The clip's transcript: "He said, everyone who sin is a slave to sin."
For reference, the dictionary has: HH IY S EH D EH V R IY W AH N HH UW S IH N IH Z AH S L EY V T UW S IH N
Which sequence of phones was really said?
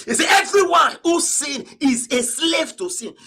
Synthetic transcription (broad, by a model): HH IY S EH EH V R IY W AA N HH UW S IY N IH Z AH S L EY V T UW S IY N